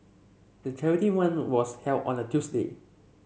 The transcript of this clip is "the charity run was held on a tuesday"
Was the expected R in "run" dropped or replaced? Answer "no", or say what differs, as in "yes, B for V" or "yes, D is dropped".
yes, W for R